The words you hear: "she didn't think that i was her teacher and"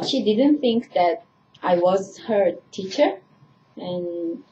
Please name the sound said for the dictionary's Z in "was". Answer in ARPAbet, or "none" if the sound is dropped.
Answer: Z